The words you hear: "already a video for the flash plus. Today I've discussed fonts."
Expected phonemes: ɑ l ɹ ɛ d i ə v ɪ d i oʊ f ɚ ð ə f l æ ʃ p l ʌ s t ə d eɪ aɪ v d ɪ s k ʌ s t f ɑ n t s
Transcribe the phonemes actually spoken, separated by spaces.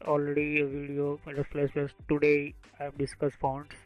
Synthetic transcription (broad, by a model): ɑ l ɹ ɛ d i ə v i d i oʊ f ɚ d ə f l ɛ s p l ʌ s t ə d eɪ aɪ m d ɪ s k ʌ s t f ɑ n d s